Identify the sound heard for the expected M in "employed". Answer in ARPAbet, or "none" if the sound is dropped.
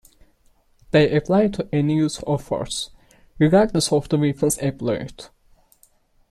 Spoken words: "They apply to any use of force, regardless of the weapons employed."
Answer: none